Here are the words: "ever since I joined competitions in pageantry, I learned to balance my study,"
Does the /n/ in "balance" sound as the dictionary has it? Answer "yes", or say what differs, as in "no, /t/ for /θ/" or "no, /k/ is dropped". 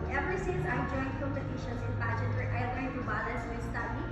no, /n/ is dropped